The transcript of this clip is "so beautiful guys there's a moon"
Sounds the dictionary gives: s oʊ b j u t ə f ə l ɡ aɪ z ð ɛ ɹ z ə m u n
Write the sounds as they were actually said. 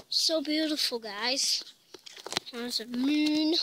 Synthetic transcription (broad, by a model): s oʊ b j u t ə f ə l ɡ aɪ z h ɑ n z ə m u n